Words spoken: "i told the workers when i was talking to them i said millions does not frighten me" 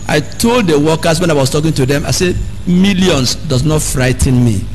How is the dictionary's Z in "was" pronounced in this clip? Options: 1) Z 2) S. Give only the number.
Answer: 2